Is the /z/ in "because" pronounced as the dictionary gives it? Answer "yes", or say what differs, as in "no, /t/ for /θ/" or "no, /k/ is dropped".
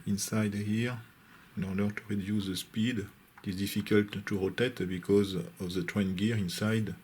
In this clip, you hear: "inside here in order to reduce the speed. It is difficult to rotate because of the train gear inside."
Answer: yes